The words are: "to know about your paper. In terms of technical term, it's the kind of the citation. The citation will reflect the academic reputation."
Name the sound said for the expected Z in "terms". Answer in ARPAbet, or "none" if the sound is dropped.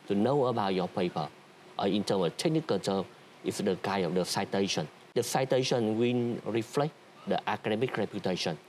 none